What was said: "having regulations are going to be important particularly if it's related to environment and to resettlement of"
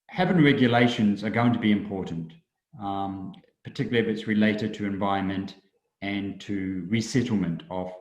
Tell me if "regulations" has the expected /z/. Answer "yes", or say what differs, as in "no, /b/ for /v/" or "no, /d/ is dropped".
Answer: yes